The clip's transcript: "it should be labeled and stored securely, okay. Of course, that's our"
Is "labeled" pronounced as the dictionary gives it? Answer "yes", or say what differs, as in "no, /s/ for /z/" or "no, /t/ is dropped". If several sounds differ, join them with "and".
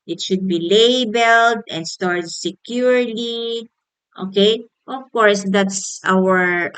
yes